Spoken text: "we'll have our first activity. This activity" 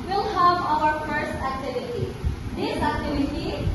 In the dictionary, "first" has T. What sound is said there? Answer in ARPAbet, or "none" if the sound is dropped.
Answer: none